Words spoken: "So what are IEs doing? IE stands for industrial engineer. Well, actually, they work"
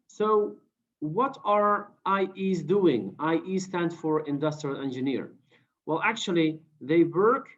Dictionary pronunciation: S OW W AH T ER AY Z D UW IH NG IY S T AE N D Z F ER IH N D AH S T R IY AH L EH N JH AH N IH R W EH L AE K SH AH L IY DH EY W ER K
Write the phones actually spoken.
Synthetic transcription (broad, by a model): S OW W AH T ER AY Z D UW IH NG IY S T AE N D F ER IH N D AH S T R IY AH L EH N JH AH N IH R W EH L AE K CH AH L IY DH EY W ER K